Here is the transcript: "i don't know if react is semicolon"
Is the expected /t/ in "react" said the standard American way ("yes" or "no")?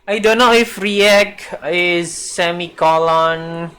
no